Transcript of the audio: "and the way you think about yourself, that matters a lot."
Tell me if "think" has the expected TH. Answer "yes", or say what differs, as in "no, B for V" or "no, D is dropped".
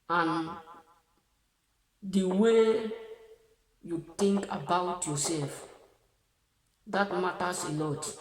no, T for TH